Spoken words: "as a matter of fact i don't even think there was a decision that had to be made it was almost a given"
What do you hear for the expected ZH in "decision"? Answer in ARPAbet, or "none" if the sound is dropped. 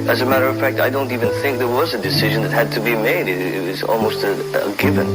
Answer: ZH